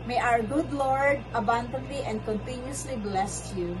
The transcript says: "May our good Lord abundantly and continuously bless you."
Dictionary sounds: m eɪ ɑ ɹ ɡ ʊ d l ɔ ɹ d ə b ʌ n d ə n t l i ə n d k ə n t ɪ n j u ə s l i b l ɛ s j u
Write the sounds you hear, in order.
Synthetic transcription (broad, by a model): m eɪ ɑ ɹ ɡ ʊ d l ɔ ɹ d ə b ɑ n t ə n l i ə n d k ə n t ɪ n j u ə s l i b l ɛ s j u